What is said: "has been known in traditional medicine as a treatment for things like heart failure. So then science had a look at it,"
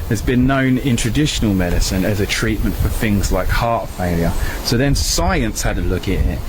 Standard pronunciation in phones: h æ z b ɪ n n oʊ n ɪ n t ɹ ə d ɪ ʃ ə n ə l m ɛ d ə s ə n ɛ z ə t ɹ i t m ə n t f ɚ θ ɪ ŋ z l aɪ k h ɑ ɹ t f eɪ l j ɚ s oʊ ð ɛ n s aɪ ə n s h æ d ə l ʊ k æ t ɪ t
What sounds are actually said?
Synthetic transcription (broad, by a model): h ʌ z b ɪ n n oʊ n ɪ n t ɹ ə d ɪ ʃ ə n ə l m ɛ d ə s ə n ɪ z ə t ɹ i t m ə n t f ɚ θ ɪ ŋ z l aɪ k h ɑ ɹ t f eɪ l j ɚ s oʊ ð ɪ n s aɪ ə n s h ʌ d ə l ʊ k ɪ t ɪ t